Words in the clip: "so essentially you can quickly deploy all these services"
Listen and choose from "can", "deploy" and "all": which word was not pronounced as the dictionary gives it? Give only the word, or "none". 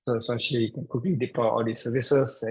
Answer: deploy